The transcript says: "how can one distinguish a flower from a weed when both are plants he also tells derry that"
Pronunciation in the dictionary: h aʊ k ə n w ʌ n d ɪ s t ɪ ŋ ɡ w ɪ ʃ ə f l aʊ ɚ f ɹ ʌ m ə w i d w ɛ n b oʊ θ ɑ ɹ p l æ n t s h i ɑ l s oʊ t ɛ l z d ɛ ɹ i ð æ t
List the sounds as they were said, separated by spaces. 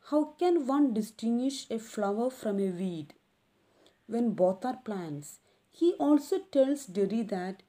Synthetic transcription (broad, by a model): h aʊ k ə n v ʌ n d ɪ s t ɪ ŋ ɡ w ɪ ʃ ə f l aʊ ɚ f ɹ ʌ m ə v i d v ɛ n b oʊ t ɑ ɹ p l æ n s h i ɑ l s oʊ t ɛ l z d ɛ ɹ i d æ t